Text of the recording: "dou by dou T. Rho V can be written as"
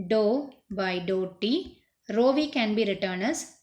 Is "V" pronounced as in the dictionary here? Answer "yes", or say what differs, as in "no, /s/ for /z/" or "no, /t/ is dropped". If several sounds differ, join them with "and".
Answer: yes